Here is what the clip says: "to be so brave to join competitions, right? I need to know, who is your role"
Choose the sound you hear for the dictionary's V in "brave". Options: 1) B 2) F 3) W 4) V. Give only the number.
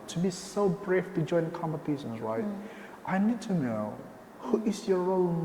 2